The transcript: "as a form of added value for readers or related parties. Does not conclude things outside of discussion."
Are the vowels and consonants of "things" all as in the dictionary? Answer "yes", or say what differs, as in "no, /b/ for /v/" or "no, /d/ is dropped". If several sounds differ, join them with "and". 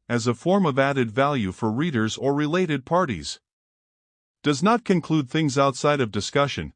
yes